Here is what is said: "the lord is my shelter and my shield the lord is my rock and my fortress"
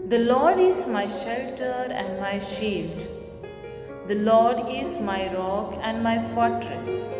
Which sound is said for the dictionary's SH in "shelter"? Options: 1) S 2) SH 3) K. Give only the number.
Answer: 2